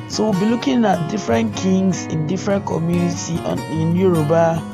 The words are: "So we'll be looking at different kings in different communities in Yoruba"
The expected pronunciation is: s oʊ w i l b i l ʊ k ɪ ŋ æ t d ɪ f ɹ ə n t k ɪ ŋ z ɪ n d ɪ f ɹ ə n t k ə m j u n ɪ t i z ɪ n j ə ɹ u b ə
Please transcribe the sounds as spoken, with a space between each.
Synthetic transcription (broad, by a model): s oʊ w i b i l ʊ k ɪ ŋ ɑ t d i f ɹ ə n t k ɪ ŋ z ɪ n d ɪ f ɹ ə n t k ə m j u n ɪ t i ɪ n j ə ɹ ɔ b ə